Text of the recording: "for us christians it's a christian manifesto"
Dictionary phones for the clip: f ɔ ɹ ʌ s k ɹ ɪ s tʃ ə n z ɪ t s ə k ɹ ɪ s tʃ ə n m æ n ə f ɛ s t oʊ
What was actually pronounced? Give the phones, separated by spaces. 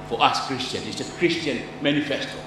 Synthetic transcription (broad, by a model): f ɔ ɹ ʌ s k ɹ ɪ s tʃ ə n ɪ t s ə k ɹ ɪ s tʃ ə n m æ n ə f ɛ s t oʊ